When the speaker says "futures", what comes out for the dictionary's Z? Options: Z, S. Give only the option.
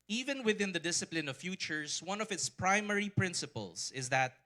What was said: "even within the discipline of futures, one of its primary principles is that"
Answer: S